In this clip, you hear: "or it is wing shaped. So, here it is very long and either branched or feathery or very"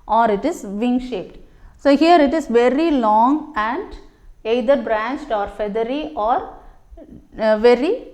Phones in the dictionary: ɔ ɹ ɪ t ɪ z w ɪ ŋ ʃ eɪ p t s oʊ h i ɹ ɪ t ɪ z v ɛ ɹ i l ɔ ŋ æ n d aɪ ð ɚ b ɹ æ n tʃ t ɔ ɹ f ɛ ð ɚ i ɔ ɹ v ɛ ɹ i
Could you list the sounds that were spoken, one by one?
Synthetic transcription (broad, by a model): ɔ ɹ ɪ t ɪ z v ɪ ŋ ʃ eɪ p t s oʊ h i ɹ ɪ t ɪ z v ɛ ɹ i l ɔ ŋ æ n d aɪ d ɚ b ɹ æ n tʃ t ɔ ɹ f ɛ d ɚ i ɔ ɹ v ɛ ɹ i